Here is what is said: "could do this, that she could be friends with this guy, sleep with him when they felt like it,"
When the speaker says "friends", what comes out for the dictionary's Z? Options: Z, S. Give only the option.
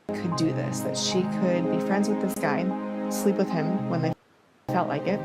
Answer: Z